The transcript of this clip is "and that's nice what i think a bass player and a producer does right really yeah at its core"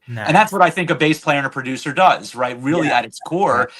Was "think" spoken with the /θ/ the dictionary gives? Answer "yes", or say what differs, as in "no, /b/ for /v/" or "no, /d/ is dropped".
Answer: yes